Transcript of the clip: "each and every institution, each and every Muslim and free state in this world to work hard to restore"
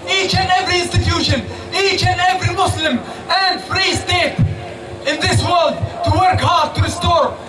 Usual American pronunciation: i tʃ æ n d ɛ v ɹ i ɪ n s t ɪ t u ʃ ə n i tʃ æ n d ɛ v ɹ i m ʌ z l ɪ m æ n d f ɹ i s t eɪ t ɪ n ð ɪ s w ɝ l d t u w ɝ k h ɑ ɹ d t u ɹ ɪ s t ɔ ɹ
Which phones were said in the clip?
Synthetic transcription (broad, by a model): i tʃ æ n d ɛ v ɹ i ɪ n s t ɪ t u ʃ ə n i tʃ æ n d ɛ v ɹ i m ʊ s l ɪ m æ n d f ɹ i s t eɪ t ɪ n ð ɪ s w ɝ l d t u w ɝ k h ɑ ɹ d t u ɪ s t ɔ ɹ